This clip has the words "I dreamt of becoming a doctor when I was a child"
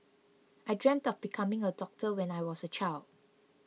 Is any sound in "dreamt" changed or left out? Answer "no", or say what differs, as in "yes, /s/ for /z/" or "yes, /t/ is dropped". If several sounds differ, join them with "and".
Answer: no